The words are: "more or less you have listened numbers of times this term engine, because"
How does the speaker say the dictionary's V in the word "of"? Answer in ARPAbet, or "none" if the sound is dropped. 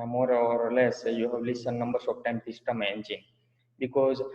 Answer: P